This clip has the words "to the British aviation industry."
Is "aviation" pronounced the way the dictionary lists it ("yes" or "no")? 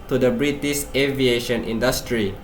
yes